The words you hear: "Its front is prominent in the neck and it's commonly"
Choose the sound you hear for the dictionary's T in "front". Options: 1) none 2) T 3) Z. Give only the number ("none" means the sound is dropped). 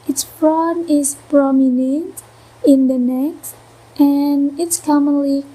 1